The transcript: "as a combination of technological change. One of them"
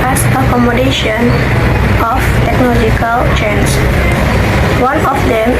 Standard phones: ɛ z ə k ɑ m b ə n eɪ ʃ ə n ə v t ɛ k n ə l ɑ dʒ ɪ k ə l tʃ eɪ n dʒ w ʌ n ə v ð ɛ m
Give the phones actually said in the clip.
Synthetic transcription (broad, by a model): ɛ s ə k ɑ m ə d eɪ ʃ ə n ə f t ɛ k n ə l ɑ dʒ ɪ k ə l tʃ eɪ n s w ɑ n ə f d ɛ m